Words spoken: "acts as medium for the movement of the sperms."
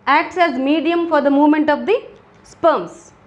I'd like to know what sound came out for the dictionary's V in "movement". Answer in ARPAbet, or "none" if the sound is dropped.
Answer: V